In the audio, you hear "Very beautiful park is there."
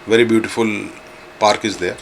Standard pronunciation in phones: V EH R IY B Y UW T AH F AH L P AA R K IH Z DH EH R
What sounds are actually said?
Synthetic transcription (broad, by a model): V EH R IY B Y UW T AH F AH L P AA R K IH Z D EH R